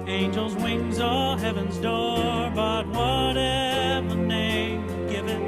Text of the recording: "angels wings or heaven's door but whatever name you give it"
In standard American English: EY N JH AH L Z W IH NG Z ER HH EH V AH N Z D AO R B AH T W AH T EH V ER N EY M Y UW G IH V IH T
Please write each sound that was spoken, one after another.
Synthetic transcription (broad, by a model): EY N JH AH L Z W IH NG Z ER HH EH V AH N Z D AO R B AH T W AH T EH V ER N EY M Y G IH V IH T